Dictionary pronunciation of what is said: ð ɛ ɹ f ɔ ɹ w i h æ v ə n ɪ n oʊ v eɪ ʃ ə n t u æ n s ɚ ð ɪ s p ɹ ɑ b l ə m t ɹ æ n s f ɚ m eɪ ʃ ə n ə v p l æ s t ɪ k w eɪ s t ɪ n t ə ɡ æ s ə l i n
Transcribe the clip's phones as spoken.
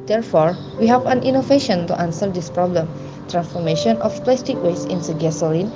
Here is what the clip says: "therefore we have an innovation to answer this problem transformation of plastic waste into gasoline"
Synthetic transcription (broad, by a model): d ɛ ɹ f ɔ ɹ w i h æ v ə n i n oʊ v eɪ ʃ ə n t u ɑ n s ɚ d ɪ s p ɹ ɑ b l ə m t ɹ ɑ n s f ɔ m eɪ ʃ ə n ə f p l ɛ s t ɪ k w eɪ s ɪ n s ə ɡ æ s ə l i n